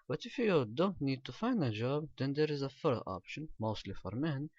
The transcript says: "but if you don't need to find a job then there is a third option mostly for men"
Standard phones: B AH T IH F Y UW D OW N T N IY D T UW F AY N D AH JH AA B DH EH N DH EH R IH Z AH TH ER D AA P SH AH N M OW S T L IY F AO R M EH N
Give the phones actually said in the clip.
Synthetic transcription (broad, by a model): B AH T IH F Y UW D OW N T N IY D T UW F AY N D AH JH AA B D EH N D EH R IH Z AH F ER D AA P SH AH N M OW S T L IY F AO R M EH N